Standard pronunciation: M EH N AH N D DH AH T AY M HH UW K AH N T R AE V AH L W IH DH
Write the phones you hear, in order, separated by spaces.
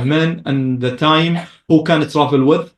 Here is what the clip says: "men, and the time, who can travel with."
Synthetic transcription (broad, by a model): M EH N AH N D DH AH T AY M HH UW K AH N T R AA F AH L W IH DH